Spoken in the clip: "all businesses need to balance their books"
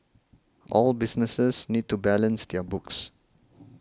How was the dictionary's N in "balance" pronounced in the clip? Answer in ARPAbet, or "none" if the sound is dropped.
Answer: N